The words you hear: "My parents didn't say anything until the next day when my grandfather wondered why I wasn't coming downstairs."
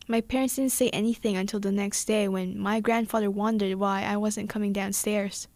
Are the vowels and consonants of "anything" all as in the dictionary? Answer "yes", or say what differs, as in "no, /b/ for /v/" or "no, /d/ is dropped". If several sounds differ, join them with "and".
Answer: yes